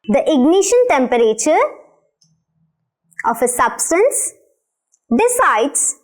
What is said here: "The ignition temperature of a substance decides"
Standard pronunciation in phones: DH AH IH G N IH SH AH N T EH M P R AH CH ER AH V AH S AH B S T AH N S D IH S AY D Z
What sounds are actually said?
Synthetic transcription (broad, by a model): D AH IH G N IH SH AH N T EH M P R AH CH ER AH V AH S AH B S T AH N S D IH S AY D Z